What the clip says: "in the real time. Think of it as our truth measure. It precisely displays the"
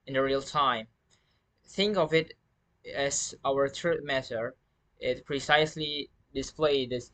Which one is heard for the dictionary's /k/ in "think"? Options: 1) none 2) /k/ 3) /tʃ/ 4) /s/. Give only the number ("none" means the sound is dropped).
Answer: 2